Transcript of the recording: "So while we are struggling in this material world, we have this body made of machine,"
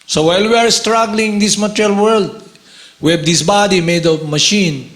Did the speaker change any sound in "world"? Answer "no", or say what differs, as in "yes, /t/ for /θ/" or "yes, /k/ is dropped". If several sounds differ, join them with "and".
no